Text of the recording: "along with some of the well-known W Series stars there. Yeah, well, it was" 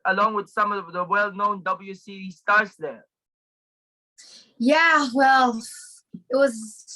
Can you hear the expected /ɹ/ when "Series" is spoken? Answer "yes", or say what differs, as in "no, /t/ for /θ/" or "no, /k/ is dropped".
no, /ɹ/ is dropped